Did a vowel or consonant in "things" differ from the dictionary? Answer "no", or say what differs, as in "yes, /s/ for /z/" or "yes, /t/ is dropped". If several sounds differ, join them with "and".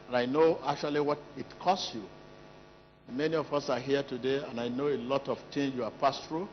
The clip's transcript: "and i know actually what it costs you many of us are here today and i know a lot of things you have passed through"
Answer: yes, /t/ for /θ/